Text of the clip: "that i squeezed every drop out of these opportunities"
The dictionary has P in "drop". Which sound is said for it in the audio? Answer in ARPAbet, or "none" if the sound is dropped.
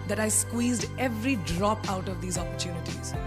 P